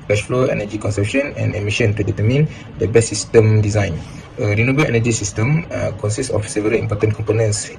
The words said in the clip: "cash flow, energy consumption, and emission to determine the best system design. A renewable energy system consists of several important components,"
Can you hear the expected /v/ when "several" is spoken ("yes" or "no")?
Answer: yes